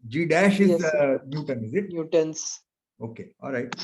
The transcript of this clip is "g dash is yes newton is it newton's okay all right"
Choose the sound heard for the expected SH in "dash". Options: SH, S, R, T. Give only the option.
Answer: SH